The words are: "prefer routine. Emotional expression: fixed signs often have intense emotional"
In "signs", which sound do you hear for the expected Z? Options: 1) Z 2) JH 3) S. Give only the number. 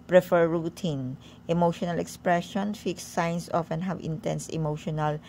3